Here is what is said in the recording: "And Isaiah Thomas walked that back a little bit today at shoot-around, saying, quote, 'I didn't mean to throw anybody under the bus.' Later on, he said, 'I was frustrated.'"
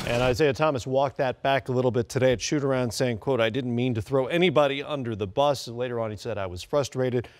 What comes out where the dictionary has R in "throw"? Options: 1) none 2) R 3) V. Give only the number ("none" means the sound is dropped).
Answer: 2